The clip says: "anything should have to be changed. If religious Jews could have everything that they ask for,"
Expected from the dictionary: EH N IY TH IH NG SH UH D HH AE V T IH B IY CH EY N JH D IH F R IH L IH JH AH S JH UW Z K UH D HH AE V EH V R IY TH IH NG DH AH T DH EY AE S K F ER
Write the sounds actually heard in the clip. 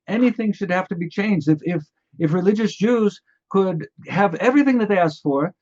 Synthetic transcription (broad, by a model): EH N IY TH IH NG SH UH D HH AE F T IH B IY CH EY N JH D IH F R IH L IH JH AH S JH UW Z K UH D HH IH V EH V R IY TH IH NG DH AH T DH EY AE S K F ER